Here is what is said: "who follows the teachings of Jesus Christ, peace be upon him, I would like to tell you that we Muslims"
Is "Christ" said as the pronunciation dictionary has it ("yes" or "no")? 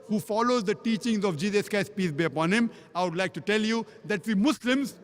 no